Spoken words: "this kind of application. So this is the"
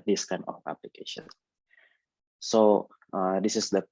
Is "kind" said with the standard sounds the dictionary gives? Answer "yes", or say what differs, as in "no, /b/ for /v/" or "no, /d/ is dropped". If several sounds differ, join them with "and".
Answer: no, /d/ is dropped